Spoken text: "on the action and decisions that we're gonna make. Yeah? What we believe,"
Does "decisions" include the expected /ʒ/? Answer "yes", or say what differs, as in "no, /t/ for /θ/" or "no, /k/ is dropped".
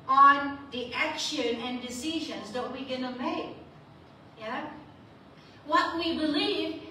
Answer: yes